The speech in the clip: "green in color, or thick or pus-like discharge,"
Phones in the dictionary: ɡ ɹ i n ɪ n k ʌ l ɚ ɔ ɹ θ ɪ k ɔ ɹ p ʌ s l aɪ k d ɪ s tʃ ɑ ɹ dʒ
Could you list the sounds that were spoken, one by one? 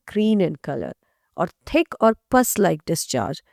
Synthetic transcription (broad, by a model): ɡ ɹ i n ɪ n k ʌ l ɚ ɔ ɹ t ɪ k ɔ ɹ p ʌ s l aɪ k d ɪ s tʃ ɑ ɹ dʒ